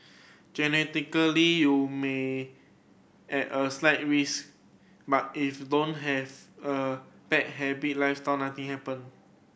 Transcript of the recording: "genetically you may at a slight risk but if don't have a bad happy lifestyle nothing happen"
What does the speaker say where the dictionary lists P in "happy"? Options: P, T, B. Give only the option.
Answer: B